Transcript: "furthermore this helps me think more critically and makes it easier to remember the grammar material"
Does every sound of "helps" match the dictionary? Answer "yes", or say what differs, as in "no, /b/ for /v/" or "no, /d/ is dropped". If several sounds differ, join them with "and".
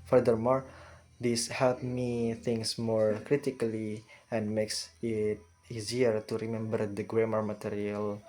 no, /s/ is dropped